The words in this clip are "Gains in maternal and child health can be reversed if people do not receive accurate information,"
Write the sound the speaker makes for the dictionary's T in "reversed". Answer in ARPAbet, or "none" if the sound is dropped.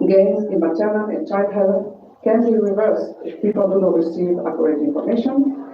none